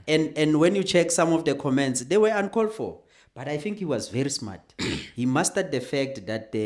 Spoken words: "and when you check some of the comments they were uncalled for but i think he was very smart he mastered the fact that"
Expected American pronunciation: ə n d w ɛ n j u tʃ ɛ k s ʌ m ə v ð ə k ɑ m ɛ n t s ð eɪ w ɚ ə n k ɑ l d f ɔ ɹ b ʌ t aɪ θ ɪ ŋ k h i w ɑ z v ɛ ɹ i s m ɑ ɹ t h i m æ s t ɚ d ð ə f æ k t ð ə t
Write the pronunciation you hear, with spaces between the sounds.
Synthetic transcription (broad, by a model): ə n d w ɛ n j u tʃ ɛ k s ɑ m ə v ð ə k ɑ m ɛ n t s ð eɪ w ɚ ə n k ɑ l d f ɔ l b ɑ t aɪ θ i ŋ k h i w ɑ z v ɛ ɹ i s m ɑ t h i m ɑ s t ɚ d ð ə f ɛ k t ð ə t